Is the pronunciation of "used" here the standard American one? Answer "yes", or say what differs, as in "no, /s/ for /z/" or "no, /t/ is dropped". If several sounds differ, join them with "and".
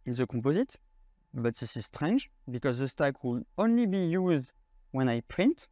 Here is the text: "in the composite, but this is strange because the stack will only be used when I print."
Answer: yes